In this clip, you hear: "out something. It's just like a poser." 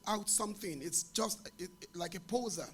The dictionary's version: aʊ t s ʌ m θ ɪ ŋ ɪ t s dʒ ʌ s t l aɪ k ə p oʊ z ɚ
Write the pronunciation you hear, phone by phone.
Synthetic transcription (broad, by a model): aʊ t s ʌ m θ ɪ ŋ ɪ t s dʒ ʌ s t l aɪ k ə p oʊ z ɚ